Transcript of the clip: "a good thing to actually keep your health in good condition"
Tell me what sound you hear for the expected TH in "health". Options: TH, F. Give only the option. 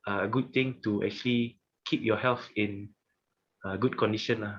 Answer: F